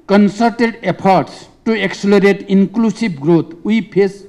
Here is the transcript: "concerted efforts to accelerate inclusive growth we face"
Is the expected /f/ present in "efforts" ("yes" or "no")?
no